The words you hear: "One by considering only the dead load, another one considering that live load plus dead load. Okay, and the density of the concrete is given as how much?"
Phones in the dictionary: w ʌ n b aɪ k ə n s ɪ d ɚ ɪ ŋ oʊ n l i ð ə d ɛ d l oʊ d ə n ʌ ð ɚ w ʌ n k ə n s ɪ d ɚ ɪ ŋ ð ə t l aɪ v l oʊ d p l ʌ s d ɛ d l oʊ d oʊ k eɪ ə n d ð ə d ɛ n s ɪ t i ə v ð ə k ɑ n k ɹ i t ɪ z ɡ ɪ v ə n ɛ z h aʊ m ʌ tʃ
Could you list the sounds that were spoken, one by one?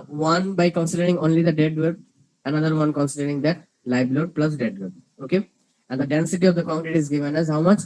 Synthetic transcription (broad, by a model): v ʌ n b aɪ k ə n s ɪ d ɚ ɪ ŋ oʊ n l i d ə d ɛ d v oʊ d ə n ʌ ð ɚ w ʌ n k ə n s ɪ d ɚ ɪ ŋ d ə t l aɪ b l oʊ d p l ʌ s d ɛ d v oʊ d oʊ k eɪ ə n d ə d ɛ n s ɪ t i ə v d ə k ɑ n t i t ɪ z ɡ ɪ v ə n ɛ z h aʊ m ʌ tʃ